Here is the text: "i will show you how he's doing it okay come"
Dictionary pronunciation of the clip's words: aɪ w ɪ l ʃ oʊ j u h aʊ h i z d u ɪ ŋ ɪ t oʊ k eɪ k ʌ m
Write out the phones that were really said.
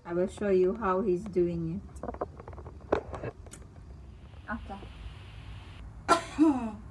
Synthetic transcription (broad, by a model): aɪ w ɪ l ʃ oʊ j u h aʊ h i z d u ɪ ŋ ɪ t oʊ k eɪ